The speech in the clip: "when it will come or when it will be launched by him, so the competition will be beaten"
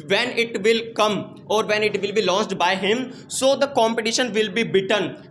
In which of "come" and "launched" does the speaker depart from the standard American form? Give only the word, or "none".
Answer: launched